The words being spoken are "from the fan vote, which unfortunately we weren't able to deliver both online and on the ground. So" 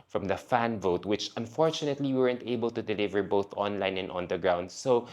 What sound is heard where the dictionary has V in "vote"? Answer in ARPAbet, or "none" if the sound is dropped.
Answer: V